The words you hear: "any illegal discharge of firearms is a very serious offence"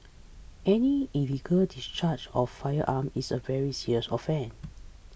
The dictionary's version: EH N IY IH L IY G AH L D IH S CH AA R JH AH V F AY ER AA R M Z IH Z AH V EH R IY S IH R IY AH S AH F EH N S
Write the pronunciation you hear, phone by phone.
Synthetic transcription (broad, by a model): EH N IY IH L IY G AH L D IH S CH AA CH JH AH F AY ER AA M IH S AH V EH R IY S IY R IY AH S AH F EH N